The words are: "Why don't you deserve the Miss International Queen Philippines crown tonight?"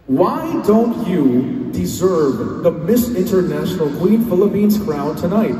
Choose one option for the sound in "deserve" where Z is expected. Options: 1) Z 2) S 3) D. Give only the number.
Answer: 1